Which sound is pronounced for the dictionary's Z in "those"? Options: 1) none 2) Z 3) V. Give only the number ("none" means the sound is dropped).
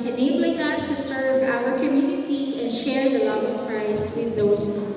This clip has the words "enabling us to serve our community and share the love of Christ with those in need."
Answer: 1